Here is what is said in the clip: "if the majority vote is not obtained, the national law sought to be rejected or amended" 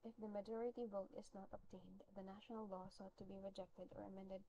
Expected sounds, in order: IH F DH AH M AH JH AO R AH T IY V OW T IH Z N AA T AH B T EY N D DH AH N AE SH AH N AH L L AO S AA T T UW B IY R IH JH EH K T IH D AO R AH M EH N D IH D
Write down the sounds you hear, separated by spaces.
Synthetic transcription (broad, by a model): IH F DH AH M AH JH AO R AH T IY V OW T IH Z N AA T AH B T EY N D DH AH N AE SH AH N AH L L AO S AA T T UW B IY R IH JH EH K T IH D AO R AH M EH N D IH D